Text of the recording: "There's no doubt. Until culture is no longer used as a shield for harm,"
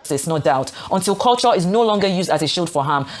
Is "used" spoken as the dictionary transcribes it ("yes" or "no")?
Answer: yes